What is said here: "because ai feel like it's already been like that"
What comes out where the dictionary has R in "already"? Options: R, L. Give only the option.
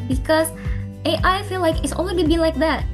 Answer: L